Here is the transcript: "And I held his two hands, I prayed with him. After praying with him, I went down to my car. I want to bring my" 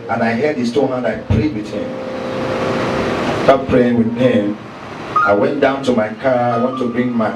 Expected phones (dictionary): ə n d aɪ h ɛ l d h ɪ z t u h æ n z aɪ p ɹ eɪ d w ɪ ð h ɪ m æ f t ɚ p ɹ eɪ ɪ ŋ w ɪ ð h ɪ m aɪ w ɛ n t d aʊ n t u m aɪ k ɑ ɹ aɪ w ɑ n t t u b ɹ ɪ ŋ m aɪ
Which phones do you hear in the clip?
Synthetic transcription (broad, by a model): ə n aɪ h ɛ d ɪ s t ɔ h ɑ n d aɪ p ɹ eɪ d w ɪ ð h ɪ m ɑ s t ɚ p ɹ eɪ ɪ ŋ w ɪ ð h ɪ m aɪ w ɛ n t d aʊ n t u m aɪ k ɑ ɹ aɪ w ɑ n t t u b ɹ ɪ ŋ m aɪ